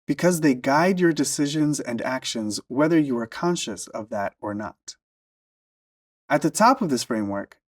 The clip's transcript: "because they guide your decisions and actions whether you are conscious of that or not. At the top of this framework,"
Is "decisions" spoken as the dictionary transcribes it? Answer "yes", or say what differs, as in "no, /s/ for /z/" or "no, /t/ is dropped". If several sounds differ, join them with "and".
yes